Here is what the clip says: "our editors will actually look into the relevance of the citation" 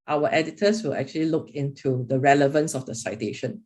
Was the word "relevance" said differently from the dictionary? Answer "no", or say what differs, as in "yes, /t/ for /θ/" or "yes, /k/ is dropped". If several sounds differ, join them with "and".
no